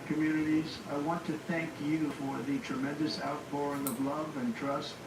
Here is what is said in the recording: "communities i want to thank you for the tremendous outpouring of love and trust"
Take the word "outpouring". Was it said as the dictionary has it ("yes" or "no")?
no